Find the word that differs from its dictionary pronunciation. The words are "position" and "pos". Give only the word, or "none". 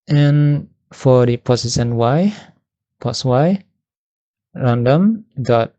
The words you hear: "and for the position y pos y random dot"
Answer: position